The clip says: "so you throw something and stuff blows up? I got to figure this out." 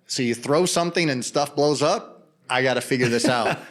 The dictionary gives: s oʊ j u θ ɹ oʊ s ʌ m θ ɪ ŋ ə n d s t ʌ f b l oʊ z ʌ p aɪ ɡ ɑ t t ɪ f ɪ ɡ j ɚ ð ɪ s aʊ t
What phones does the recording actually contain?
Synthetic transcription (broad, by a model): s oʊ j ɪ θ ɹ oʊ s ʌ m θ ɪ ŋ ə n s t ʌ f b l oʊ z ʌ p aɪ ɡ ɑ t t ɪ f ɪ ɡ j ɚ ð ɪ s aʊ t